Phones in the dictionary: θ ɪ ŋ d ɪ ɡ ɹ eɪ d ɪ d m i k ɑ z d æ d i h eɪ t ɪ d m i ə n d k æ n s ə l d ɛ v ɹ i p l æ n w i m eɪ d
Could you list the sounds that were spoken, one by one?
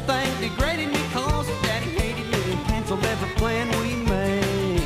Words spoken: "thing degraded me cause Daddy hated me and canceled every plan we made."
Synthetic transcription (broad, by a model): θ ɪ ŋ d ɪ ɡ ɹ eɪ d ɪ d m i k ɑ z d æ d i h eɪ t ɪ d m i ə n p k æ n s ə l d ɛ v i p l æ n w i m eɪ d